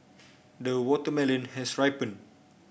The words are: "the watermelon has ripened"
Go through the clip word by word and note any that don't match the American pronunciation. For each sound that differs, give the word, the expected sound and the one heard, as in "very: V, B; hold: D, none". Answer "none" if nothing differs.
has: Z, S; ripened: D, none